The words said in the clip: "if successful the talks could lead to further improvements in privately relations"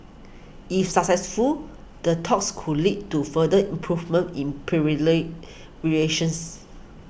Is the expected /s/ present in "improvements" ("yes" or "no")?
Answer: no